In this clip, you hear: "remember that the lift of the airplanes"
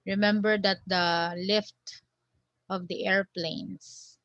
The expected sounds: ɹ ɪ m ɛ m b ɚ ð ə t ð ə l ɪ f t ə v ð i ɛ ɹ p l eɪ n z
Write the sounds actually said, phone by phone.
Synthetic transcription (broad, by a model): ɹ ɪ m ɛ m b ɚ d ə t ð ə l ɪ f t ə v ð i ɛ ɹ p l eɪ n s